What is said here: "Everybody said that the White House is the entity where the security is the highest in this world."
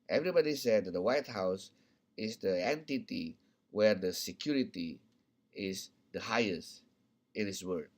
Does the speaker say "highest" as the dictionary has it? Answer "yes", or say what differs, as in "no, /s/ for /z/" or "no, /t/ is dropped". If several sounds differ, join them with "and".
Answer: yes